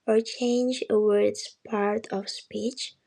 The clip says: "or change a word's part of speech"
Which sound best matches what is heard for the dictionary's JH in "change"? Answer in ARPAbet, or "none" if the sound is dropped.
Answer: JH